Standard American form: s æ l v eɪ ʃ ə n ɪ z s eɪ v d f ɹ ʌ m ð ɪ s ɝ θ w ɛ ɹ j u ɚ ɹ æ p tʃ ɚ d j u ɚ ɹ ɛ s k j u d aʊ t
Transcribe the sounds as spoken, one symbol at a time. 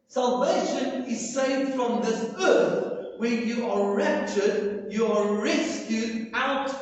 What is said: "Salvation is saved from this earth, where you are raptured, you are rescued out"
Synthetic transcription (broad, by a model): s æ l v eɪ ʃ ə n ɪ z s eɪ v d f ɹ ʌ m ð ɪ s ɝ θ w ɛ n j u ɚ ɹ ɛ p tʃ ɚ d j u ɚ ɹ ɛ s k j u d aʊ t